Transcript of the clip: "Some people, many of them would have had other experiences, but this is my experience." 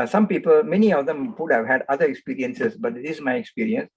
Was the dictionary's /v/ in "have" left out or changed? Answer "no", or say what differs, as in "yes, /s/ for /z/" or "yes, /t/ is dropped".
no